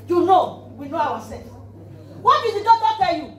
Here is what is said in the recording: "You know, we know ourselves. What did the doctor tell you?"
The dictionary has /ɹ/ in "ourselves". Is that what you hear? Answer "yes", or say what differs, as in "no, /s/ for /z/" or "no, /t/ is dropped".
no, /w/ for /ɹ/